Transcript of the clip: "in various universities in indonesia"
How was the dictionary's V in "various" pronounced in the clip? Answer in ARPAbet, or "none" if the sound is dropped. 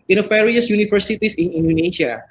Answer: F